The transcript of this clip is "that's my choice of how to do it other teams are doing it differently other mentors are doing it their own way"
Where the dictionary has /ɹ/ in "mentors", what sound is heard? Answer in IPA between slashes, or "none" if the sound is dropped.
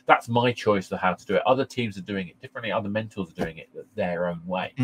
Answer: /l/